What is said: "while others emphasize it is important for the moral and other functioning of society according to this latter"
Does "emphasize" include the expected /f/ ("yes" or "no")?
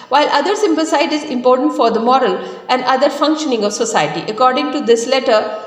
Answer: no